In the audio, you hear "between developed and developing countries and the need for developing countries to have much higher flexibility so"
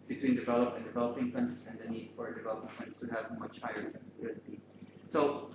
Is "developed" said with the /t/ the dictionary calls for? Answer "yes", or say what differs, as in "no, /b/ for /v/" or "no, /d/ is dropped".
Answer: no, /t/ is dropped